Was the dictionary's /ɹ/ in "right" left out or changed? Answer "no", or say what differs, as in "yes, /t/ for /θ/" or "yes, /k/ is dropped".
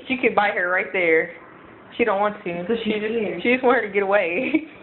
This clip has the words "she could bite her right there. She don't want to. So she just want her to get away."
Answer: no